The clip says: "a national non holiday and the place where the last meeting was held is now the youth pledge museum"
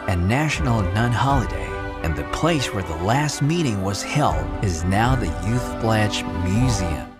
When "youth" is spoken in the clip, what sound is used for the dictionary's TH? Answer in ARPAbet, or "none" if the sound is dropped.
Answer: TH